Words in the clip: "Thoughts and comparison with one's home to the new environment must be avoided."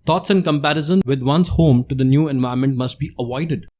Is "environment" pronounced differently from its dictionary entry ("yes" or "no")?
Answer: yes